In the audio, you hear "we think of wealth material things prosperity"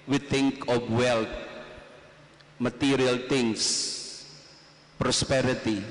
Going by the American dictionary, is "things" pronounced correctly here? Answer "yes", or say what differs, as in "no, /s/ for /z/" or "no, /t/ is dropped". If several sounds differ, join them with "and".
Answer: no, /t/ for /θ/ and /s/ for /z/